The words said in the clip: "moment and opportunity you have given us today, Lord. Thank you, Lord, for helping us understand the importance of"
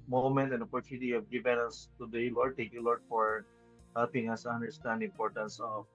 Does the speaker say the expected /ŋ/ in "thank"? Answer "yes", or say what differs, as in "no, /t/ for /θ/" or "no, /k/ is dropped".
no, /ŋ/ is dropped